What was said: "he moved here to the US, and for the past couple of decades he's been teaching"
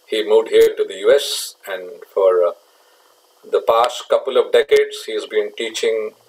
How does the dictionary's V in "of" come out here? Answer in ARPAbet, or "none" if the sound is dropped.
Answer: V